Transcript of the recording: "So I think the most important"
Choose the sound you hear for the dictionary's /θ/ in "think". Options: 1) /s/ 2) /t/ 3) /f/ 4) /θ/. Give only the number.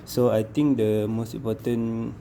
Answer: 2